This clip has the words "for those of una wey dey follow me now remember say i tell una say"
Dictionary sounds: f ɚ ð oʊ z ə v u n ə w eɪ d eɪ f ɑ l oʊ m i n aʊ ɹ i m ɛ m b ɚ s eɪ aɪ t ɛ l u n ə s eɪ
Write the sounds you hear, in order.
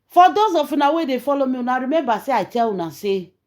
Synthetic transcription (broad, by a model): f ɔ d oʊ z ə f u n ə w eɪ d eɪ f ɑ l oʊ m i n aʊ ɹ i m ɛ m b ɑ s eɪ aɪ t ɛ w u n ə s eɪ